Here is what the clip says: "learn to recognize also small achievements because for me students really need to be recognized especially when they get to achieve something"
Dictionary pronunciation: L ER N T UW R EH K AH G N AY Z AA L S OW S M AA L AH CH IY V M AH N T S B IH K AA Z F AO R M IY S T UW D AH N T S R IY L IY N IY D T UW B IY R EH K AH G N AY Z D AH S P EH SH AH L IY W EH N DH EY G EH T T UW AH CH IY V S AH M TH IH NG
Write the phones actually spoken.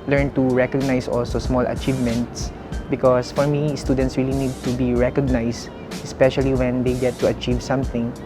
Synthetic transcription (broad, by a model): L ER N T UW R EH K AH G N AY S AA L S OW S M AA L AH CH IY V M AH N T S B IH K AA S F AO R M IY S T UW D AH N T S R IY L IY N IY D T UW B IY R EH K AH G N AY S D AH S P EH SH AH L IY W EH N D EY G EH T T UW AH CH IY V S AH M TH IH NG